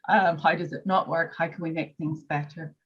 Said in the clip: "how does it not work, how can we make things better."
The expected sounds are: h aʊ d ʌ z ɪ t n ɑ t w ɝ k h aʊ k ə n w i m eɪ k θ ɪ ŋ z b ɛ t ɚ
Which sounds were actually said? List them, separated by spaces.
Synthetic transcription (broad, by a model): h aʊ d ʌ z ɪ t n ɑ t w ɝ k h aʊ k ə n w i m eɪ k θ ɪ ŋ z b ɛ t ɚ